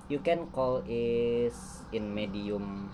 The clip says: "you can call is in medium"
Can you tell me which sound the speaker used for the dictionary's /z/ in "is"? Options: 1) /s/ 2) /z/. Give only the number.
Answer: 1